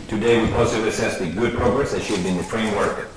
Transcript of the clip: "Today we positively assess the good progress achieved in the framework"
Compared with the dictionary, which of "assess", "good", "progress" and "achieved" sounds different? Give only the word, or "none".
achieved